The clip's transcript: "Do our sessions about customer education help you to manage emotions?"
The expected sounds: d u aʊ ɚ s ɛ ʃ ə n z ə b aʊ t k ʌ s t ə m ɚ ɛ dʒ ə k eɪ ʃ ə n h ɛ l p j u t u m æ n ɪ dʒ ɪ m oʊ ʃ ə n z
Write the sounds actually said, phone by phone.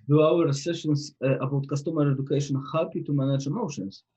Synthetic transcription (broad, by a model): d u aʊ ɚ s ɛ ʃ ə n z ə b aʊ t k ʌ s t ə m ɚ ɛ dʒ ə k eɪ ʃ ə n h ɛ p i t u m æ n ɪ dʒ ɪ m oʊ ʃ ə n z